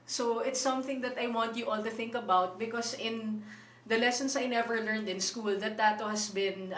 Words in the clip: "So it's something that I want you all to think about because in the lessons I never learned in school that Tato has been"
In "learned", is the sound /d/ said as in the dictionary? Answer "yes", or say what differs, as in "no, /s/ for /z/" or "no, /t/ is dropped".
yes